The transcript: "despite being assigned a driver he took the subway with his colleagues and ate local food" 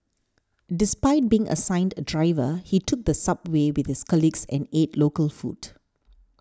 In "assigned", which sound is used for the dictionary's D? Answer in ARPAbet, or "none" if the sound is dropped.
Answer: D